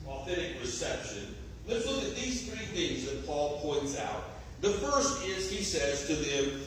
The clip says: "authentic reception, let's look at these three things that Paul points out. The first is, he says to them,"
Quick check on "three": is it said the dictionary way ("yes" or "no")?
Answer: yes